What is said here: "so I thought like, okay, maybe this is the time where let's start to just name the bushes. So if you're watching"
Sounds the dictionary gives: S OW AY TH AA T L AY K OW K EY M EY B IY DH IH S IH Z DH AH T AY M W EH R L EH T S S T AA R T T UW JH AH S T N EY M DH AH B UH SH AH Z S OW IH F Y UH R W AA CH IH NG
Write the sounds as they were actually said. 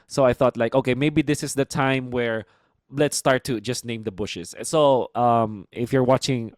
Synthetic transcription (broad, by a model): S OW AY TH AA T L AY K OW K EY M EY B IY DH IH S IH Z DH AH T AY M W EH R L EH T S S T AA R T T UW JH AH S T N EY M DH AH B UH SH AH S S OW IH F Y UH R W AA CH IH NG